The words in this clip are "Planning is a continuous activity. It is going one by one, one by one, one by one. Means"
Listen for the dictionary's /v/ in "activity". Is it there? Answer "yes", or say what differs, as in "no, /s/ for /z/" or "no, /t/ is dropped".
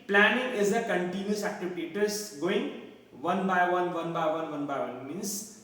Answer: no, /p/ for /v/